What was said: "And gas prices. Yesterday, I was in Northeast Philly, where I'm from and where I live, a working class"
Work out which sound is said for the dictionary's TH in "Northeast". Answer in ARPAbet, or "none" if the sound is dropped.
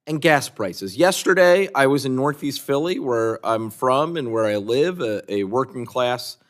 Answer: TH